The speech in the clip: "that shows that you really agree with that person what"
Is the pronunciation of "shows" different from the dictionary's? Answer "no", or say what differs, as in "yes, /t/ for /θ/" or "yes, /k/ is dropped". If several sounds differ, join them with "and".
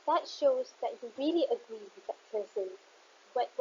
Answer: no